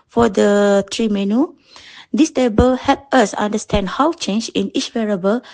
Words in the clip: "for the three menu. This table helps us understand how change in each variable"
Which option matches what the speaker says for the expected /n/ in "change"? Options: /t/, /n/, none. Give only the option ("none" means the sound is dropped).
/n/